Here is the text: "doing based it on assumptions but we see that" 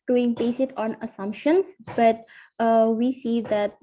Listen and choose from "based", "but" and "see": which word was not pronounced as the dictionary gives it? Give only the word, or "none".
based